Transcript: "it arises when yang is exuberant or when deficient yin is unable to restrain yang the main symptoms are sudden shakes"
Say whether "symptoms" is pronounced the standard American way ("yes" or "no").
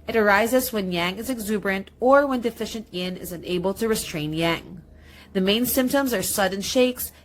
yes